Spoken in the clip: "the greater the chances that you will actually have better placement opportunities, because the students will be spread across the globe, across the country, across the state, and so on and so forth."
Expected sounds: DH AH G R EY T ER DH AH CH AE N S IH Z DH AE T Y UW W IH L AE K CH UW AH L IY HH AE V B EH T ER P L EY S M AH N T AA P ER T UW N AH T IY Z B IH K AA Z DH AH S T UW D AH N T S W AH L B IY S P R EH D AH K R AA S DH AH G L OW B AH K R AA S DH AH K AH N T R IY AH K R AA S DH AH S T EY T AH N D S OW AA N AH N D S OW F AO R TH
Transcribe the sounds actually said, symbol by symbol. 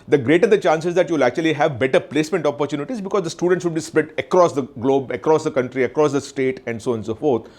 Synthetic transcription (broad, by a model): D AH G R EY T ER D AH CH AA N S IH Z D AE T Y UW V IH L AE K CH UW AH L IY HH AE V B EH T ER P L EY S M AH N T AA P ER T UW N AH T IY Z B IH K AA Z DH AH S T UW D AH N T S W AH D B IY S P EH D AH K R AA S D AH G L OW B AH K R AA S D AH K AH N T R IY AH K R AA S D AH S T EY T AH N D S OW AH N S OW F AO R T